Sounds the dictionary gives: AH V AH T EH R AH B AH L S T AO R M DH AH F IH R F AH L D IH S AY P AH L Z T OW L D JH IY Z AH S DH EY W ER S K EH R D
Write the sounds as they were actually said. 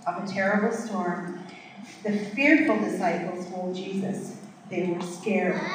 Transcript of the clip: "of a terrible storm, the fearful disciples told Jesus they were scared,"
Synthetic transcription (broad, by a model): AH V AH T EH R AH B L S T AO R M DH AH F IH R F L D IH S AY P L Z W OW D JH IY Z AH S DH EY W ER S K EH R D